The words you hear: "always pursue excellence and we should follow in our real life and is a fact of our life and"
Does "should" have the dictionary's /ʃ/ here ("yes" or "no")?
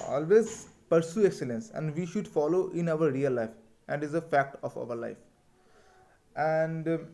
yes